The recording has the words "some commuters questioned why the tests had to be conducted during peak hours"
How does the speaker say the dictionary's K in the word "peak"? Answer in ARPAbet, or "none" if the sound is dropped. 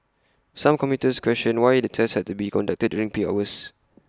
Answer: none